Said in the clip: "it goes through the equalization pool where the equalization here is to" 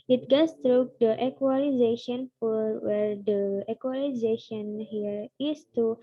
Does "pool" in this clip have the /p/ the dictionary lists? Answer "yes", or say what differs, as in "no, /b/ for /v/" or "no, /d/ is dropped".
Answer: no, /f/ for /p/